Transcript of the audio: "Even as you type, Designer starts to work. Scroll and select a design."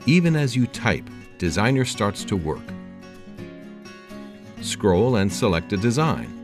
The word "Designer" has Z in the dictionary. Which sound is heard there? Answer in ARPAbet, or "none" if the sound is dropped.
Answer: Z